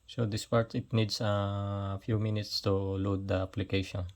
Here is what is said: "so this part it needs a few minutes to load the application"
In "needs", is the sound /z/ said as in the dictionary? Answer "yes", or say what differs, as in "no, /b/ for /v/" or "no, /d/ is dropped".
no, /s/ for /z/